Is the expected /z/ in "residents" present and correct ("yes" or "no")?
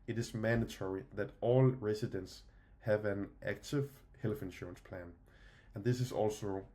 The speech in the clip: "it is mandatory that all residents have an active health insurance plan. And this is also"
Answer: no